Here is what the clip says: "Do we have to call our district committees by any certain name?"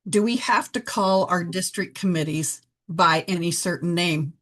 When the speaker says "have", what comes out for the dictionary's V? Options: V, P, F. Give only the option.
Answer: F